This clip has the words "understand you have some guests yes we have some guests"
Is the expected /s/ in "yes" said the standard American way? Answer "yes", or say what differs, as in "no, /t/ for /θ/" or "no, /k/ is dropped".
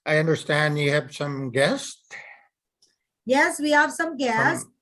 yes